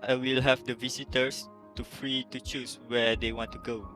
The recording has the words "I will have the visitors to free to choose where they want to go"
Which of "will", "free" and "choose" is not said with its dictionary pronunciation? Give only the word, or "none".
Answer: choose